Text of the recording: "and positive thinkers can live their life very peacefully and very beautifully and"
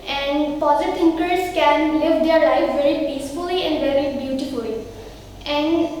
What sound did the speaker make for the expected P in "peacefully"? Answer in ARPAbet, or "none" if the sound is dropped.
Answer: P